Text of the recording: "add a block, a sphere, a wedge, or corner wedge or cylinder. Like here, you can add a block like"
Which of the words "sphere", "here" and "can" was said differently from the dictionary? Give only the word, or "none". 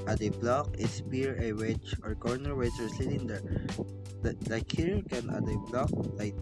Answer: sphere